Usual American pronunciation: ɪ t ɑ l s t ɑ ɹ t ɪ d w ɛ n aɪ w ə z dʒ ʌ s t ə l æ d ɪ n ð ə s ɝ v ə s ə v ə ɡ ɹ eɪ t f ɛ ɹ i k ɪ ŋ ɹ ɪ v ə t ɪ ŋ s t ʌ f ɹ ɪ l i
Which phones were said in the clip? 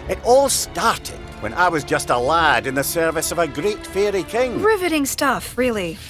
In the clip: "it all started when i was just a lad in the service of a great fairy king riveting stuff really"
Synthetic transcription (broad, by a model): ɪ t ɑ l s t ɑ ɹ t ɪ d w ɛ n aɪ w ə z dʒ ʌ s t ə l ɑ d ɪ n ð ə s ɝ v ə s ə v ə ɡ ɹ eɪ t f ɛ ɹ i k ɪ ŋ ɹ ɪ v ə t ɪ ŋ s t ʌ f ɹ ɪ l i